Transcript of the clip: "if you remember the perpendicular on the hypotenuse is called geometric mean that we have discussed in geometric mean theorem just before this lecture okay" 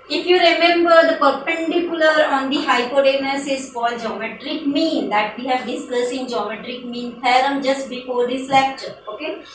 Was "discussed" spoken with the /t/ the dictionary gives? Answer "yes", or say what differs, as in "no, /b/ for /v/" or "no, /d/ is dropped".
no, /t/ is dropped